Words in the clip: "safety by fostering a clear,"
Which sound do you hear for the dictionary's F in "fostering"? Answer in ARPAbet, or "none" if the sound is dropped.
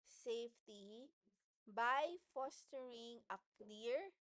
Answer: F